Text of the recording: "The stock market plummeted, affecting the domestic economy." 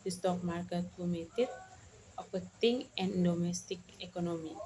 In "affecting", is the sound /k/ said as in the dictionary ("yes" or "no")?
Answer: no